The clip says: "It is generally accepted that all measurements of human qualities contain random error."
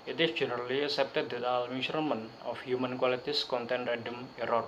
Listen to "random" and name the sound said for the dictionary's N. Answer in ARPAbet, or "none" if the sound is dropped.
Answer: none